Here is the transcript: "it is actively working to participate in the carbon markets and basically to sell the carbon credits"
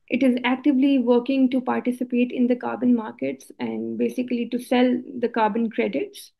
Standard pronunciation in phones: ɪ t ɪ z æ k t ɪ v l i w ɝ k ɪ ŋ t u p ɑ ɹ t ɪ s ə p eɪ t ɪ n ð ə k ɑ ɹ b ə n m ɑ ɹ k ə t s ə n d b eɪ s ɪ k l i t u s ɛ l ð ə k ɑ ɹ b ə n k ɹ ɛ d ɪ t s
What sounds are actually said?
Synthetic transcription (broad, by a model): ɪ t ɪ z æ k t ɪ v l i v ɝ k ɪ ŋ t u p ɑ ɹ t ɪ s ə p eɪ t ɪ n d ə k ɑ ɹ b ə n m ɑ ɹ k ə t s ə n d b eɪ s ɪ k l i t u s ɛ l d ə k ɑ ɹ b ə n k ɹ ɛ d ɪ t s